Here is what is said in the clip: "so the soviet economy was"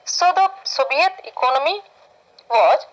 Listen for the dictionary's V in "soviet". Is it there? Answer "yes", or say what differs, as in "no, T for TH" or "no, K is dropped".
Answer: no, B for V